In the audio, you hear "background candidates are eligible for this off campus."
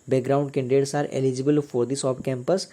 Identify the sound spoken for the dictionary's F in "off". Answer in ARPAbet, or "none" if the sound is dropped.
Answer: P